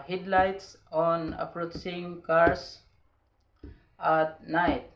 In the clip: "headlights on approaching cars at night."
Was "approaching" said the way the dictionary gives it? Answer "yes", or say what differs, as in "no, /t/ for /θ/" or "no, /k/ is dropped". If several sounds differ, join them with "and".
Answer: no, /s/ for /tʃ/